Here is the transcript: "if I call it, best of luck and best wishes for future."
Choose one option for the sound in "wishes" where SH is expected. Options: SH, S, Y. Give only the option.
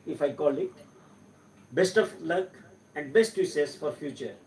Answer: S